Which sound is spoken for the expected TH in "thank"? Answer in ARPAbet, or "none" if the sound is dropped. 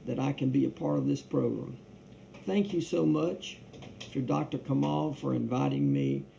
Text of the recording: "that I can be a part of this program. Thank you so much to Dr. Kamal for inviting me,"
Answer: TH